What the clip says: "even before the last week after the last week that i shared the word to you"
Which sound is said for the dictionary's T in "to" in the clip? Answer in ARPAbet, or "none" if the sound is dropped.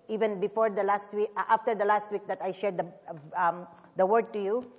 T